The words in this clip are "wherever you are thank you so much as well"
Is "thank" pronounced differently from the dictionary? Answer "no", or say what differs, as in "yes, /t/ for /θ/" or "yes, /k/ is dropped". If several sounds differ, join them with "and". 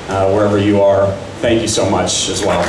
no